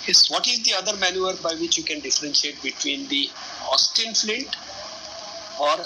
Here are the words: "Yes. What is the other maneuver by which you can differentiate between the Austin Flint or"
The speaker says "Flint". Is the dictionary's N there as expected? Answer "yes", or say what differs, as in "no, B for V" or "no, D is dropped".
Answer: no, N is dropped